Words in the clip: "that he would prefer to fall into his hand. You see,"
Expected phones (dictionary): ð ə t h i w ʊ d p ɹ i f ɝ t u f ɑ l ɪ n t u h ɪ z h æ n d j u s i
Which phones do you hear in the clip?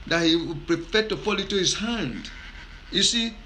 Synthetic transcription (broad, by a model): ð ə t h i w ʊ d p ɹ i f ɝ t u f ɑ l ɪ t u h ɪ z h æ n d j u s i